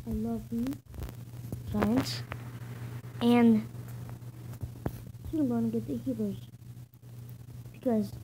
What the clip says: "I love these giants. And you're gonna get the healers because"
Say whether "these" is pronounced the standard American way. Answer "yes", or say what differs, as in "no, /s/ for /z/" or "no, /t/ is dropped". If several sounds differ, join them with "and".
no, /z/ is dropped